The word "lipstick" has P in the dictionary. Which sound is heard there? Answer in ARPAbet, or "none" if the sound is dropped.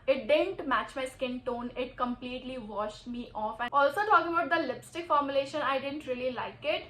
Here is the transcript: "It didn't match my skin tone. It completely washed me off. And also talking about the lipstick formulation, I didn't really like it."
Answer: P